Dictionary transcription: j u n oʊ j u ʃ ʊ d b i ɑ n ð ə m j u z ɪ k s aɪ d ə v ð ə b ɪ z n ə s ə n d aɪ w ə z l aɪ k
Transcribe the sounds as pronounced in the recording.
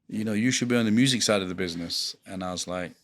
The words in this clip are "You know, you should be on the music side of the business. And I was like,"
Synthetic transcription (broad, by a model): j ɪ n oʊ j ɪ ʃ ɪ d b i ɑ n ð ə m j u z ɪ k s aɪ d ə v ð ə b ɪ z n ə s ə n aɪ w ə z l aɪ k